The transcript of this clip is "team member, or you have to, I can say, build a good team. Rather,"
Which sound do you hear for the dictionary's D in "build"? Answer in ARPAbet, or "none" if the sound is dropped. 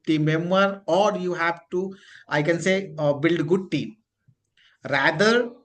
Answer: D